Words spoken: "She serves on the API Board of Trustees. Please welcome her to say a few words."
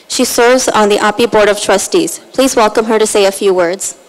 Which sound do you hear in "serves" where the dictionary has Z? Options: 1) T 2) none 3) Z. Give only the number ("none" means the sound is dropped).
3